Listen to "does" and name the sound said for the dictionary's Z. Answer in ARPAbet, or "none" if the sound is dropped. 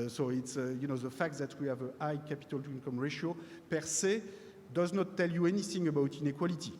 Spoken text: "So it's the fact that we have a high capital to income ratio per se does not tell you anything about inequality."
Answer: Z